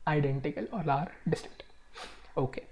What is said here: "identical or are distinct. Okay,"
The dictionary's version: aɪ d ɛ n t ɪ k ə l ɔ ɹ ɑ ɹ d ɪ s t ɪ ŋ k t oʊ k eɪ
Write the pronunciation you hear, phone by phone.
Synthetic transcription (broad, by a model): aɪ d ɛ n t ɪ k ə l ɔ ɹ ɑ ɹ d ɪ s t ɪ k t oʊ k eɪ